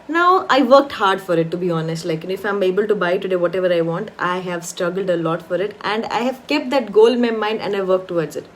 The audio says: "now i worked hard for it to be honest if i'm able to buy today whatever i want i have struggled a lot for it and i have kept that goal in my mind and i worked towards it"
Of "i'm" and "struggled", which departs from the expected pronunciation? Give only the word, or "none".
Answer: none